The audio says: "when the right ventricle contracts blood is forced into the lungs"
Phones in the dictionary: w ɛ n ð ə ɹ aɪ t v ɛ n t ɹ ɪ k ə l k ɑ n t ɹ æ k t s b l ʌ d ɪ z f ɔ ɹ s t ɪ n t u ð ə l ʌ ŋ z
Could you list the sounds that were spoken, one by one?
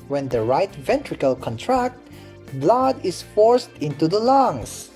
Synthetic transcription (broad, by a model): w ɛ n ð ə ɹ aɪ t v ɛ n t ɹ ɪ k ə l k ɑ n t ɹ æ k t b l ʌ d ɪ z f ɔ ɹ s t ɪ n t u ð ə l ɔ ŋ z